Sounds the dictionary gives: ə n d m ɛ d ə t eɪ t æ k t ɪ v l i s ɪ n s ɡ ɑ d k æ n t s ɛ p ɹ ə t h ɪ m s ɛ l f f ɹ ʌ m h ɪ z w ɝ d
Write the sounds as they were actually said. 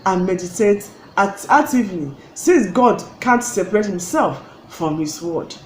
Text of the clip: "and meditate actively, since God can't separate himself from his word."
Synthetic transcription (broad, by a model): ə n m ɛ d ə t eɪ t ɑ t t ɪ v n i s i n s ɡ ɑ d k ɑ n t s ɛ p ɹ ə t h ɪ m s ɛ l f f ɹ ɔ m h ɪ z w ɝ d